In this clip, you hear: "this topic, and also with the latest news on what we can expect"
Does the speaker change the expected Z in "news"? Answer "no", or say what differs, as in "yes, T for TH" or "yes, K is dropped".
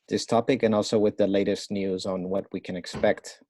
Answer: no